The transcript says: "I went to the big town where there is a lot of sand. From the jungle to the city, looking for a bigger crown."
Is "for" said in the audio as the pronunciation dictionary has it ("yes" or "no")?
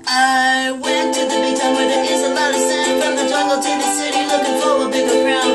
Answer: no